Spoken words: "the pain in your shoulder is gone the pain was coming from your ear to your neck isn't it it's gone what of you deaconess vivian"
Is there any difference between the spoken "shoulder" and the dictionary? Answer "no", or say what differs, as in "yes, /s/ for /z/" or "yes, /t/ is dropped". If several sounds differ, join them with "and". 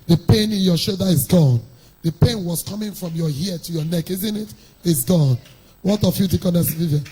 yes, /l/ is dropped